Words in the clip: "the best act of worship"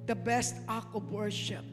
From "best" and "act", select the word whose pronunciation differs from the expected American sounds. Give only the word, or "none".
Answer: act